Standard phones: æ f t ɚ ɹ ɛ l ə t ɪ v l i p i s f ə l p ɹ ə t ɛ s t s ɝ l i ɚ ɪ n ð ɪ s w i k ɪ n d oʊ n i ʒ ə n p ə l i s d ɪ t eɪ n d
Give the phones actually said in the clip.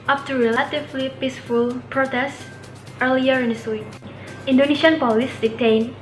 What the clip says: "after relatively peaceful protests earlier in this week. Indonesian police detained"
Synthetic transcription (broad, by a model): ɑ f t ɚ ɹ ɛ l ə t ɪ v l i p i s f ə l p ɹ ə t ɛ s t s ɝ l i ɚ ɪ n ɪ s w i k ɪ n d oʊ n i ʃ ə n p ə l i s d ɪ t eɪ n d